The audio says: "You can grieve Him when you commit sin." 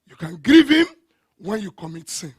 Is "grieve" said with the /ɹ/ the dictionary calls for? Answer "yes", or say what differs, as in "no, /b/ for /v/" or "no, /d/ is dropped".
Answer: yes